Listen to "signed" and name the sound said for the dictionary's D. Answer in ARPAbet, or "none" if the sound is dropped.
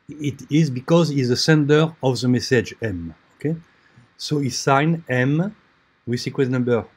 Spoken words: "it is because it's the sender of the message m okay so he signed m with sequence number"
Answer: none